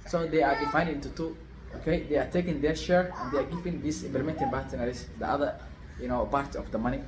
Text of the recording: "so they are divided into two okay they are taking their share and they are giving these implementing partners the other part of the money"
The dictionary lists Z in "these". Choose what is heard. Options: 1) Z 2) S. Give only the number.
2